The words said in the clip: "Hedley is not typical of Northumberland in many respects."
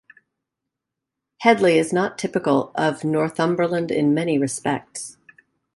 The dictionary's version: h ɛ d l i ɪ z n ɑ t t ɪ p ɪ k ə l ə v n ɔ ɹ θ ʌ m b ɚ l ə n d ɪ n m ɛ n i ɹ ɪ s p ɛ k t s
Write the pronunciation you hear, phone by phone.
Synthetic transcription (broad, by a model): h ɛ d l i ɪ z n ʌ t t ɪ p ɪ k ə l ə v n ɔ ɹ θ ʌ m b ɚ l ə n d ɪ n m ɛ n i ɹ ɪ s p ɛ k t s